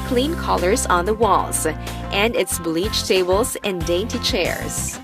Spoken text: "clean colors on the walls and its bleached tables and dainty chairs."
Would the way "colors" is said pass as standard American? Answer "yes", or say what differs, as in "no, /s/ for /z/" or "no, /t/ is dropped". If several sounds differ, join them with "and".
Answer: yes